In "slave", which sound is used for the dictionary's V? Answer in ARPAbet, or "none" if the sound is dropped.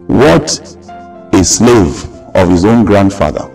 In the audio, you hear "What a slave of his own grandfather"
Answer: V